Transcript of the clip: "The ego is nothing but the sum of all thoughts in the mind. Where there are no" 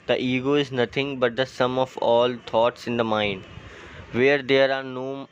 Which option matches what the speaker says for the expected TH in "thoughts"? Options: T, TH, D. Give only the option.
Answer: T